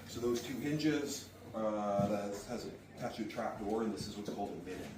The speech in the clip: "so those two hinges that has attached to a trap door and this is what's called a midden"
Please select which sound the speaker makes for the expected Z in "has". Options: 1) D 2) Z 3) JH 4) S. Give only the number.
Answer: 2